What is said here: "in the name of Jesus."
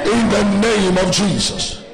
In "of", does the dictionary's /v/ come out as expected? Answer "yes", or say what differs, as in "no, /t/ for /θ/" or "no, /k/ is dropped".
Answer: yes